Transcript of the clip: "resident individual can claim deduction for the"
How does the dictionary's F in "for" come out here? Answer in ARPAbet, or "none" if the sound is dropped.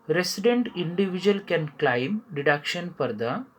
P